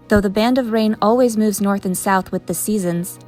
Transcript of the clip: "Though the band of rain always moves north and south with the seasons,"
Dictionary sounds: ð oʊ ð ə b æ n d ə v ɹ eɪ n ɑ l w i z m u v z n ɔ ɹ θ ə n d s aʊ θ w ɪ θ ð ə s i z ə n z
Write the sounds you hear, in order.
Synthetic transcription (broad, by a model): ð oʊ ð ə b æ n d ə v ɹ eɪ n ɑ l w i z m u v z n ɔ ɹ θ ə n s aʊ θ w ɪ ð ə s i z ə n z